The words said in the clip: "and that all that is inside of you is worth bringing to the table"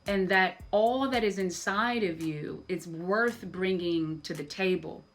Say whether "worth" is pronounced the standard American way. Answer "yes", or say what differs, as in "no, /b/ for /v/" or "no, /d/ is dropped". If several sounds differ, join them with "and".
yes